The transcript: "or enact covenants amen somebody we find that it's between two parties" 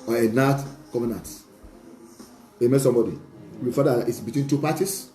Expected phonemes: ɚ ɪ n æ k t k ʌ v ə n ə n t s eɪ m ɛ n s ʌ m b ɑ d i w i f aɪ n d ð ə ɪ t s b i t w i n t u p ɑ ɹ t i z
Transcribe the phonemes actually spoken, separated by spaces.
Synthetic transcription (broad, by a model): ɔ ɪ n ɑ t k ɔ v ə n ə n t eɪ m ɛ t s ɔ m b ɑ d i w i f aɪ d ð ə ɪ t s b i t w i n t u p ɑ t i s